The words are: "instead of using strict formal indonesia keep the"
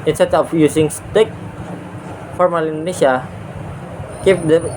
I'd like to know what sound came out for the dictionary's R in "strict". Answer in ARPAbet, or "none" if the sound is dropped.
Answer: none